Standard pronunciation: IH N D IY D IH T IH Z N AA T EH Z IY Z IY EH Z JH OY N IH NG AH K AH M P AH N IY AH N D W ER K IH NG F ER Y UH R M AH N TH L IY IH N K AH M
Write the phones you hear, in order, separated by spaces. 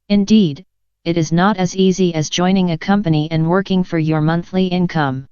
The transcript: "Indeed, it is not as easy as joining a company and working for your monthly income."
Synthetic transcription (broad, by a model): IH N D IY D IH T IH Z N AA T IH Z IY Z IY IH Z JH OY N IH NG AH K AH M P AH N IY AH N W ER K IH NG F ER Y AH R M AH N TH L IY IH N K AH M